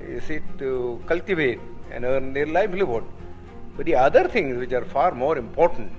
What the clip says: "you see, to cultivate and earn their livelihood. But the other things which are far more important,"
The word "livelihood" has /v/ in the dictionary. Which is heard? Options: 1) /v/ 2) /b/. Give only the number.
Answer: 2